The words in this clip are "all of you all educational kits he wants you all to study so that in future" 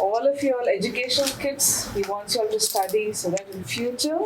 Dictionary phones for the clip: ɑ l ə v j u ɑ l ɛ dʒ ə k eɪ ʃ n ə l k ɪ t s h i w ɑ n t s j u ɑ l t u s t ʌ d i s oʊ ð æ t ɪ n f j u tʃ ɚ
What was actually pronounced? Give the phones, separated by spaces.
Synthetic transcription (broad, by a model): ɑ l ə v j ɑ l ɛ dʒ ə k eɪ ʃ ə n k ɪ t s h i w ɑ n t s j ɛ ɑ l t u s t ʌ d i s oʊ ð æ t ɪ n f j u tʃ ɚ